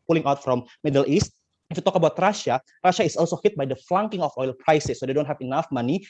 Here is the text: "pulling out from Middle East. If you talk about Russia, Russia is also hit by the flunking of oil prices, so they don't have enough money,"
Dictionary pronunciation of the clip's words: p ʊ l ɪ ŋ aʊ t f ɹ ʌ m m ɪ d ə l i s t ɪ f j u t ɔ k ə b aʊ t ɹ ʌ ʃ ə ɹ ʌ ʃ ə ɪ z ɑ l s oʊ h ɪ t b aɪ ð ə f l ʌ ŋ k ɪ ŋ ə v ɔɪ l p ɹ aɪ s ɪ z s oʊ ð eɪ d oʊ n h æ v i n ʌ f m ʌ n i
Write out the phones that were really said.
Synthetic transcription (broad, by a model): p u l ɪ ŋ aʊ t f ɹ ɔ m m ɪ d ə l i s t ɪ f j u t ɔ k ə b aʊ t ɹ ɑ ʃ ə ɹ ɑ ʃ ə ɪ s ɑ l s oʊ h ɪ t b aɪ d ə f l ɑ ŋ k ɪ ŋ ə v ɔɪ l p ɹ aɪ s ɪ s oʊ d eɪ d oʊ n h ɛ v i n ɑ f m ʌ n i